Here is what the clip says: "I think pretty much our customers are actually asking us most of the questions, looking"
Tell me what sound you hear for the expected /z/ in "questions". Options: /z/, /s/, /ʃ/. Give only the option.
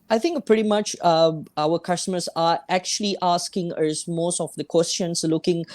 /s/